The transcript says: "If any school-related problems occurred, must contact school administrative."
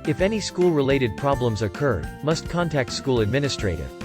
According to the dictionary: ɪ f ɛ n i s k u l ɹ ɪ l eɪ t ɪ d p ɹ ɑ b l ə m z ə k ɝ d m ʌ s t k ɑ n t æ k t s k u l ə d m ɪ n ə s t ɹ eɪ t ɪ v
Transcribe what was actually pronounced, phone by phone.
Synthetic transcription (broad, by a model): ɪ f ɛ n i s k u l ɹ ɪ l eɪ t ɪ d p ɹ ɑ b l ə m z ə k ɝ d m ʌ s t k ɑ n t æ k t s k u l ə d m ɪ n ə s t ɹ eɪ t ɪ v